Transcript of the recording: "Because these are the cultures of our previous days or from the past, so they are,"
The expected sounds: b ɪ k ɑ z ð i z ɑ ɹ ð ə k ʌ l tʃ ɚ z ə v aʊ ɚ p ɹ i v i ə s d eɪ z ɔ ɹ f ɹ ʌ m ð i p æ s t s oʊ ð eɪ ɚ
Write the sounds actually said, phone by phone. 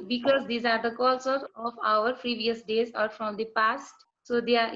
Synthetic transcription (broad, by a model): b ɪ k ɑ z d i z ɑ ɹ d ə k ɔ l s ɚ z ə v aʊ ɚ p ɹ i v i ə s d eɪ z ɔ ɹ f ɹ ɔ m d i p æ s t s oʊ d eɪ